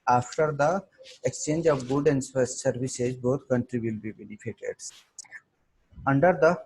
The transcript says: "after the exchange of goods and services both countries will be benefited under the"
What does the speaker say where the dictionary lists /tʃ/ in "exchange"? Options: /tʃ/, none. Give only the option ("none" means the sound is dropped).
/tʃ/